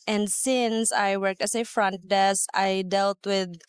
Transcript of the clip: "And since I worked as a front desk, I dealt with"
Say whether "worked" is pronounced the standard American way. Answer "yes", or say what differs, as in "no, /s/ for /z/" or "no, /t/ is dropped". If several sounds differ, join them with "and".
yes